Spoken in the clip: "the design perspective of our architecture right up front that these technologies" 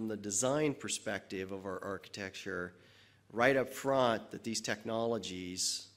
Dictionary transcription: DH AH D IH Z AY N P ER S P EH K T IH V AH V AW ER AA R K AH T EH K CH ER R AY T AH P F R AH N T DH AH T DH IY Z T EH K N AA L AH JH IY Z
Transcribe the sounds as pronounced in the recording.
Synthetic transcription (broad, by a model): DH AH D IH Z AY N P ER S P EH K T IH V AH V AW ER AA R K AH T EH K CH ER R AY T AH P F R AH N T DH AH T DH IY Z T EH K N AA L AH JH IY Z